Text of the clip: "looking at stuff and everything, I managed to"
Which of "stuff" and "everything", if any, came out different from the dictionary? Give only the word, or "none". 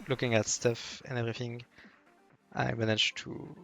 none